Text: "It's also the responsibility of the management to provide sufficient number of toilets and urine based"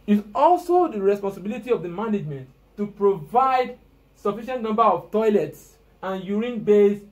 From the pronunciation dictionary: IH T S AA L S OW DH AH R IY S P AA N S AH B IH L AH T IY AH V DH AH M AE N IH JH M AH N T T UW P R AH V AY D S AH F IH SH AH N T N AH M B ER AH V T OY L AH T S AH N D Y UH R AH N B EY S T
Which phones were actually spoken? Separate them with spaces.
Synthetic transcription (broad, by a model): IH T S AA L S OW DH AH R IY S P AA N S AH B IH L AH T IY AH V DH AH M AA N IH JH M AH N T T UW P R AH V AY D S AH F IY SH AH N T N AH M B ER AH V T OY L AH T S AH N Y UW R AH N B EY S